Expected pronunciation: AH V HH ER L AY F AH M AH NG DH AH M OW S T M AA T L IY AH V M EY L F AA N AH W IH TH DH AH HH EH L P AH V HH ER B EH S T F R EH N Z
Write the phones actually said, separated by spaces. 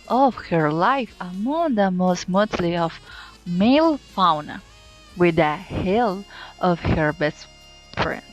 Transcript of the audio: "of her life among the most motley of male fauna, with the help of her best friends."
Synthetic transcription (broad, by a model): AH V HH ER L AY F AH M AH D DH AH M OW S T M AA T L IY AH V M EY L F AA N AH W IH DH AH HH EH L AH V HH ER B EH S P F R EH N